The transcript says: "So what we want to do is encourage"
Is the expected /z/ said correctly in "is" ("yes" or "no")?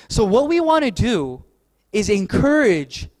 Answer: yes